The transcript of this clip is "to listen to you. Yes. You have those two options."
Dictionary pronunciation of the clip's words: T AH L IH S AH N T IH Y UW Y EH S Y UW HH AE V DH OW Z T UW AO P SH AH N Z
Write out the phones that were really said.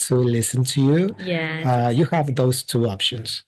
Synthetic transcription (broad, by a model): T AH L IH S AH N T IH Y UW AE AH Y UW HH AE V DH OW Z T UW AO P SH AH N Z